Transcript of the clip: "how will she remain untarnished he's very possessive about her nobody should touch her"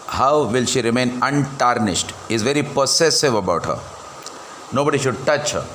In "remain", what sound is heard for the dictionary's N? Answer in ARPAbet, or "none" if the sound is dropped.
N